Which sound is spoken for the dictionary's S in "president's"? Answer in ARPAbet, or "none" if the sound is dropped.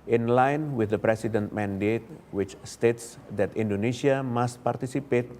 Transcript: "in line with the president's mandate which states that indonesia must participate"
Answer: none